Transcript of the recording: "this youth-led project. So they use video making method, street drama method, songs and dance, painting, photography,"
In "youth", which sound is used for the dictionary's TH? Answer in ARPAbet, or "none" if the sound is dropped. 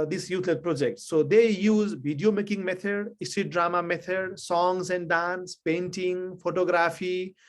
T